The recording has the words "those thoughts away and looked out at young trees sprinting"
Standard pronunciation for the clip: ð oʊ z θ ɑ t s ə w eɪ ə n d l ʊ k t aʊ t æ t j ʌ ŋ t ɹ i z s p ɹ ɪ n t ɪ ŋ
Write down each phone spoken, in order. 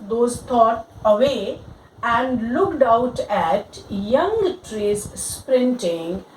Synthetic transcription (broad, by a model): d oʊ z t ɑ t ə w eɪ ə n d l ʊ k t aʊ t æ t j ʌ ŋ t ɹ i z s p ɹ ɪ n t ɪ ŋ